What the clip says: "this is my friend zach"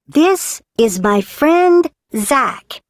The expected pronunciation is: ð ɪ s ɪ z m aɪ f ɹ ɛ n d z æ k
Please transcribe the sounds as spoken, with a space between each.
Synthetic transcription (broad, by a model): ð ɪ s ɪ z m aɪ f ɹ ɛ n d z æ k